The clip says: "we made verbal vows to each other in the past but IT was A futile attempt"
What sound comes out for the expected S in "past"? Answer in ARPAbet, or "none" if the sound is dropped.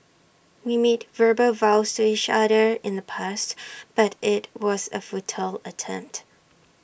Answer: S